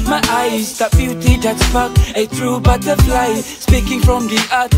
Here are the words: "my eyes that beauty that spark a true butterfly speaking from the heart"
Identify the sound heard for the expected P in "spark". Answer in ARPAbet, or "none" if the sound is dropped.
F